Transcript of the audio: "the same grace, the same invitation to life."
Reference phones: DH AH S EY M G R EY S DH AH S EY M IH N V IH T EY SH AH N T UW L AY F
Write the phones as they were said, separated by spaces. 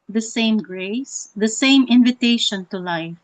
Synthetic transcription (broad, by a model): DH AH S EY M G R EY S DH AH S EY M IH N V IH T EY SH AH N T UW L AY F